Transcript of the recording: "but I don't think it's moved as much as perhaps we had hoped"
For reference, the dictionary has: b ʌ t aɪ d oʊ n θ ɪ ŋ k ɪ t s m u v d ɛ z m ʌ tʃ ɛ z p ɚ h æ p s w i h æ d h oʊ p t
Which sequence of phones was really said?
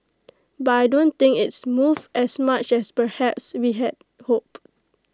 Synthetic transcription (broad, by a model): b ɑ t aɪ d oʊ n t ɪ ŋ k ɪ t s m u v ɛ s m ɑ tʃ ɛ s p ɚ h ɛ p s w i h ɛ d h oʊ p